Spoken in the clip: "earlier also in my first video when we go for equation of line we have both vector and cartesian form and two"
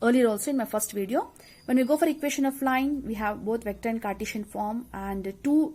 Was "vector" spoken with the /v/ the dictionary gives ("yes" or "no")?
yes